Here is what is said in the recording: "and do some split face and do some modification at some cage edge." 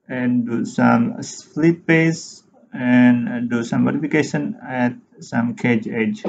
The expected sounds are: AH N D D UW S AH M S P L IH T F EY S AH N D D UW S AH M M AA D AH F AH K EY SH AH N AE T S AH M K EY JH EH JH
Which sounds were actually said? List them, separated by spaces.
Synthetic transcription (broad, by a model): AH N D D UW S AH M S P L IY T P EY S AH N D D UW S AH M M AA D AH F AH K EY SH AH N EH T S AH M K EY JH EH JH